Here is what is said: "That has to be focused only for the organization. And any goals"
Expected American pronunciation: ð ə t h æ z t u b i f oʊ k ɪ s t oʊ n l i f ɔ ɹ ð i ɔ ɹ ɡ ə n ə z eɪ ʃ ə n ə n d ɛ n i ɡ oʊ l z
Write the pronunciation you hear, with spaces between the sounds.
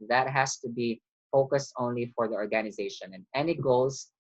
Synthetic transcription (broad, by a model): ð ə t h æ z t u b i f oʊ k ɪ s t oʊ n l i f ɔ ɹ ð i ɔ ɹ ɡ ə n ə z eɪ ʃ ə n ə n ɛ n i ɡ oʊ l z